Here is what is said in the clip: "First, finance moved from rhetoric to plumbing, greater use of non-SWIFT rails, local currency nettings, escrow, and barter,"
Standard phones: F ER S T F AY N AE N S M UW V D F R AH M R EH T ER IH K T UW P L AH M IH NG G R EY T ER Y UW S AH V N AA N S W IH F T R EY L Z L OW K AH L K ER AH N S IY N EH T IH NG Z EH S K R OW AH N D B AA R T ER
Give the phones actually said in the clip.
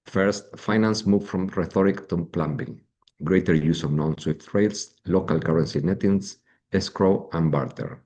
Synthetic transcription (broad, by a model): F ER S T F AY N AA N S M UW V F R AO M R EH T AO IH K T UW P L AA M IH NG G R EY T ER Y UW S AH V N AA N S W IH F T R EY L S L OW K AH L K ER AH N S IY N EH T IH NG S EH S K R OW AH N B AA R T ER